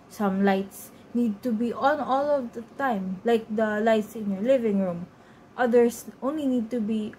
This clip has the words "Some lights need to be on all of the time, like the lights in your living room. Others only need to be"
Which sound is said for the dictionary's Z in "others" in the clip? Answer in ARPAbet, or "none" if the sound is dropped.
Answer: S